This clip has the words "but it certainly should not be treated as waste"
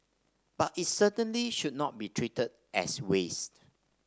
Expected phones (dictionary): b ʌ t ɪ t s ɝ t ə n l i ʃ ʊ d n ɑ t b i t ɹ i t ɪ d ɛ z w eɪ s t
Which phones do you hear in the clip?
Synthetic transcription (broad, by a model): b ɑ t ɪ t s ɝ t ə n l i ʃ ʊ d n ɑ t b i t ɹ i t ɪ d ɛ s w eɪ s t